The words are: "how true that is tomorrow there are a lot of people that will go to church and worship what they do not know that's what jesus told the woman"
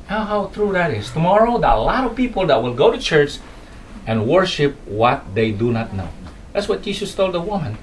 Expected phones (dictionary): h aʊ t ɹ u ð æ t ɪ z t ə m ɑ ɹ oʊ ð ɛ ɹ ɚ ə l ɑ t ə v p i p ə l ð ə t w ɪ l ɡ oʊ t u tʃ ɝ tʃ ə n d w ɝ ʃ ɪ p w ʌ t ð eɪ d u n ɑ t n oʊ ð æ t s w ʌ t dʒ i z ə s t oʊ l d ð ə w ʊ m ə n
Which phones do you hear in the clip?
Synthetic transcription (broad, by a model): h aʊ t ɹ u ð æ t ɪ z t ə m ɑ ɹ oʊ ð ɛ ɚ ə l ɑ t ə v p i p ə l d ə t w ɪ l ɡ oʊ t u tʃ ɝ tʃ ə n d w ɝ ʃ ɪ p w ʌ t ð eɪ d u n ɑ t n oʊ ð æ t s w ʌ t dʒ i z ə s t oʊ l d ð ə w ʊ m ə n